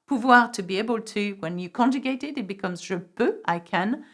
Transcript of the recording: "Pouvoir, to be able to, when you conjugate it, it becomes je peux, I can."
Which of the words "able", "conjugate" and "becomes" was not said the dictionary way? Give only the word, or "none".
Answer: none